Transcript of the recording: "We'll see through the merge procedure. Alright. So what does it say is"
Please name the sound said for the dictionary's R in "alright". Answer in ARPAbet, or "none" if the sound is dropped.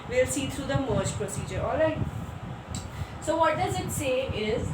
none